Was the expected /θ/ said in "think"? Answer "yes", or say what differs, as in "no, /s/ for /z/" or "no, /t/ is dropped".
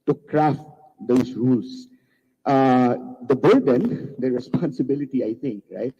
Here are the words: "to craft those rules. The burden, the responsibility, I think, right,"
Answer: no, /t/ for /θ/